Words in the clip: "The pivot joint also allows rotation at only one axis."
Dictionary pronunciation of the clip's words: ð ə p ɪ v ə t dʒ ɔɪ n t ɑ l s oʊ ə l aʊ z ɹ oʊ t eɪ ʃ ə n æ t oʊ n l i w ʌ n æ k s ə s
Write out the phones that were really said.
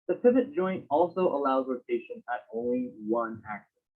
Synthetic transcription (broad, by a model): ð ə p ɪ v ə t dʒ ɔɪ n t ɑ l s oʊ ə l aʊ z l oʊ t eɪ ʃ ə n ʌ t oʊ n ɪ i w ʌ n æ k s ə